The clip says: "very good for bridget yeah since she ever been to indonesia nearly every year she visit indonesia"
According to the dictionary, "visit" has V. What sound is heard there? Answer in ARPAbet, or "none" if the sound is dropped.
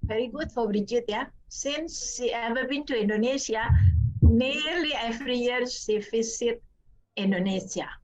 F